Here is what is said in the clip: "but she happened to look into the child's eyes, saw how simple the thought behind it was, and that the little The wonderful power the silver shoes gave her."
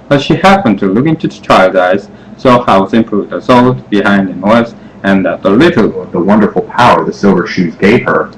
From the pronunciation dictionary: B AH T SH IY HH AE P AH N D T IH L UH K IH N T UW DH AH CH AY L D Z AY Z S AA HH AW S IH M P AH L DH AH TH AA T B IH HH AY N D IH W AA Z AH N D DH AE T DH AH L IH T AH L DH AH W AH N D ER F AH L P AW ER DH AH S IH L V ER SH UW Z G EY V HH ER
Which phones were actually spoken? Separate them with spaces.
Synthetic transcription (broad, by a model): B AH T SH IY HH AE P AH N T IH L UH K IH N T UW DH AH CH AY L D AY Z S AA HH AW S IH M P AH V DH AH S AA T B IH HH AY N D IH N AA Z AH N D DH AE T DH AH L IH T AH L DH AH W AH N D ER F L P AW ER DH AH S IH L V ER SH UW Z G EY V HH ER